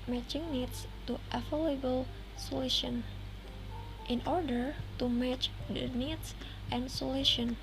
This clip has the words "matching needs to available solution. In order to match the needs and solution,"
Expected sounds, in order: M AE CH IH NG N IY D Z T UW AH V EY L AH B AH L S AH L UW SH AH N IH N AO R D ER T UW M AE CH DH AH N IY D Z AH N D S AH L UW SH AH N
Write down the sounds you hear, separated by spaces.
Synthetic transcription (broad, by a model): M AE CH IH NG N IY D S T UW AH F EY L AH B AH L S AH L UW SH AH N IH N AO R D ER T UW M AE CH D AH N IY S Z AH N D S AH L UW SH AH N